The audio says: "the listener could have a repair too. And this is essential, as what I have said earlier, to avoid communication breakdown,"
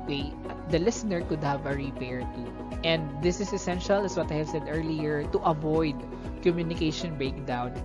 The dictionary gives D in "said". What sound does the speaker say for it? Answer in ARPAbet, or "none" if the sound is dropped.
D